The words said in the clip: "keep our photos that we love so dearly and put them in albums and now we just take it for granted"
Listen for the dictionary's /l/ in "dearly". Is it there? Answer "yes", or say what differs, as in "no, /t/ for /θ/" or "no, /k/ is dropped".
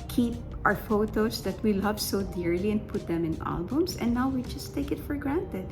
yes